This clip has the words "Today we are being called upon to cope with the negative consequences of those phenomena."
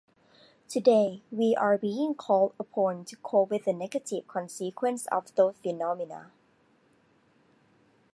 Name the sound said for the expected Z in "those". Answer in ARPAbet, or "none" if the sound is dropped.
none